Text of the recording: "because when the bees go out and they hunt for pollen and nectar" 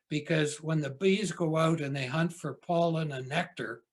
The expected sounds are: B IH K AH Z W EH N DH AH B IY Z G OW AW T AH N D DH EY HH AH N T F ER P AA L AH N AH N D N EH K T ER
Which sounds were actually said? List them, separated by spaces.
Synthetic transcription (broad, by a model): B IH K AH Z W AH N DH AH B IY Z G OW AW T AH N DH EY HH AH N T F ER P AA L AH N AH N N EH K T ER